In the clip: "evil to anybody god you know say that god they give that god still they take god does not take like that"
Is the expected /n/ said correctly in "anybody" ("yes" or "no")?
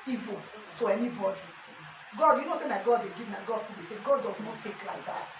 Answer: yes